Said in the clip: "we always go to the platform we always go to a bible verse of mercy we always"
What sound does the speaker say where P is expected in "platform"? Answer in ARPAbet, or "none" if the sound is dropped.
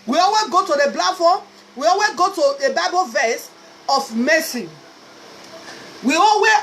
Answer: B